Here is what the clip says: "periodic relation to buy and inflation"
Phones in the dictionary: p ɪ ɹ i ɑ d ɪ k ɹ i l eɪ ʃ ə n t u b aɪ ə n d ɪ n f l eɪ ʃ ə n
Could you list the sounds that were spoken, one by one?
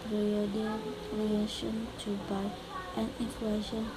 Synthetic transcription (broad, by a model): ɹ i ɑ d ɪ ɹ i eɪ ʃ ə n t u b aɪ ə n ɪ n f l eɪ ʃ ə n